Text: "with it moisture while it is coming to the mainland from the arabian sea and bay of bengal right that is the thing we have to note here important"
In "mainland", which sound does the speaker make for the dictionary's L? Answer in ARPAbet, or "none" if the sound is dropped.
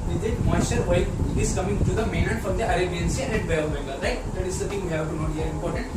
none